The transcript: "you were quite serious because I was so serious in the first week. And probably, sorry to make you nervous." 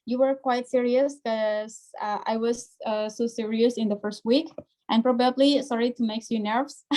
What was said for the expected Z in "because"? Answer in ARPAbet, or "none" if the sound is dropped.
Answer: none